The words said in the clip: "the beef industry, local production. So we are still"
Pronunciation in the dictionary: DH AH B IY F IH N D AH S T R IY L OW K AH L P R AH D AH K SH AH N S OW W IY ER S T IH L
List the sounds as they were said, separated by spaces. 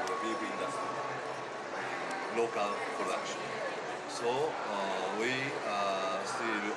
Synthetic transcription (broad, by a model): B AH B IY IH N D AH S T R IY L OW K AH L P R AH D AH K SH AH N S OW W IY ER S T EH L